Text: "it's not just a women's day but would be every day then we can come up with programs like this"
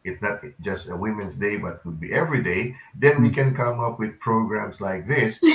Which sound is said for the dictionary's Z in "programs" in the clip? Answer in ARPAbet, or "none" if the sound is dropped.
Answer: S